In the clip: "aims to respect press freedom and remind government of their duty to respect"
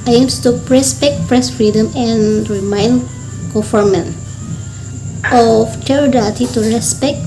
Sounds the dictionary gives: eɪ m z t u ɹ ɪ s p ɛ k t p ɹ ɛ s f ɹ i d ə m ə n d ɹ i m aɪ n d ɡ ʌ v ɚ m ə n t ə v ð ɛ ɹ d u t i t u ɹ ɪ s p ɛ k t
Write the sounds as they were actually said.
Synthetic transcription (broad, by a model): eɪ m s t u ɹ ɪ s p ɛ k t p ɹ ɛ s f ɹ i d ə m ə n ɹ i m aɪ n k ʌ f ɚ m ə n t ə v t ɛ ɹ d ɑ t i t u ɹ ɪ s p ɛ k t